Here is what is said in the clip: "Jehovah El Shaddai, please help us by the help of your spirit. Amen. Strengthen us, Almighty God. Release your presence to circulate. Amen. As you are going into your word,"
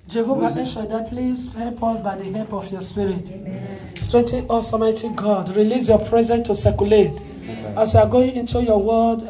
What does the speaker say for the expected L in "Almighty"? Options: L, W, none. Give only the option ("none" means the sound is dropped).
none